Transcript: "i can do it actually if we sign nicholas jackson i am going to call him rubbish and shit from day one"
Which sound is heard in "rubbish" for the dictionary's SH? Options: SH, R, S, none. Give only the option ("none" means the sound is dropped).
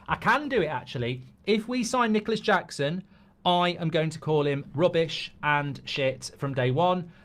SH